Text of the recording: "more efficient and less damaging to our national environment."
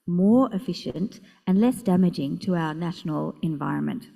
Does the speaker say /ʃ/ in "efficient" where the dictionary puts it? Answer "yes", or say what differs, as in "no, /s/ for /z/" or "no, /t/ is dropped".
yes